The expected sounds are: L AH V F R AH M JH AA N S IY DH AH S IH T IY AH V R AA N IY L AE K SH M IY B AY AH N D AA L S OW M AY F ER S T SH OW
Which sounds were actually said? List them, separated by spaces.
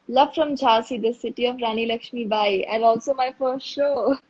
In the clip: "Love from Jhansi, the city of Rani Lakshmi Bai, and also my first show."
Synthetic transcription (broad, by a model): L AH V F R AH M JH AA S IY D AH S IH T IY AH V R AA N IY L AE K SH M IY B AY AH N D AA L S OW M AY F ER S T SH OW